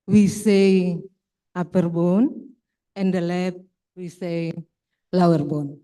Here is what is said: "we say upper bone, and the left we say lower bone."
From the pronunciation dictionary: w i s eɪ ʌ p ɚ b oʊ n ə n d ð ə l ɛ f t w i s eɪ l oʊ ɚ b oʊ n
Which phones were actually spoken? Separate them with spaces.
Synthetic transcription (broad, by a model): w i s eɪ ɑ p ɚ b oʊ n ə n d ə l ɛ t w i s eɪ l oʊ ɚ b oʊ n